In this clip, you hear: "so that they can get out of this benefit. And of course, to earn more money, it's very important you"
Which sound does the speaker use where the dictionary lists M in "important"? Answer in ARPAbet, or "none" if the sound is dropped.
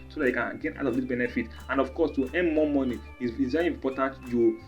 none